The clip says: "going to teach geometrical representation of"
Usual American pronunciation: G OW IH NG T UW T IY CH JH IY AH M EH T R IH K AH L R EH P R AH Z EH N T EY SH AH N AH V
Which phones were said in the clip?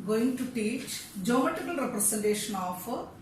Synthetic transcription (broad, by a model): G OW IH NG T UW T IY CH JH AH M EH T IH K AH L R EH P R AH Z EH N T EY SH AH N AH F